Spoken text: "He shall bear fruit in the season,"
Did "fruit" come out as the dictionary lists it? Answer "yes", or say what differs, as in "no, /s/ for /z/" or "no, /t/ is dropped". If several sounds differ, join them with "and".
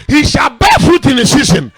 no, /ɹ/ is dropped